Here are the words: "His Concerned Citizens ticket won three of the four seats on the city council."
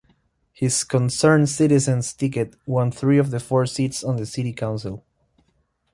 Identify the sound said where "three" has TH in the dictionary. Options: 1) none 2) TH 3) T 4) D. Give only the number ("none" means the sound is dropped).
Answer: 2